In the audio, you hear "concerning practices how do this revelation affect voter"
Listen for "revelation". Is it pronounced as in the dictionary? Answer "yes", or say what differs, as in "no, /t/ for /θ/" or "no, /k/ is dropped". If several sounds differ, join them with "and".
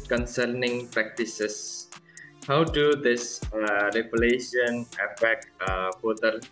no, /p/ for /v/